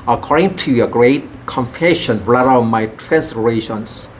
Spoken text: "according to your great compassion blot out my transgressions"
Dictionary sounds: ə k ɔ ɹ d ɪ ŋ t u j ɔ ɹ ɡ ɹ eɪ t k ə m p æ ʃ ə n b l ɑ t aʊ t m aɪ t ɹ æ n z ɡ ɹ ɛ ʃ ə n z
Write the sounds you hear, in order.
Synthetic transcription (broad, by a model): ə k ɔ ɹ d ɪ ŋ t u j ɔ ɡ ɹ eɪ t k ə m f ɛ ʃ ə n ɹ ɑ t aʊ m aɪ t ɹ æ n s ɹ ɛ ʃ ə n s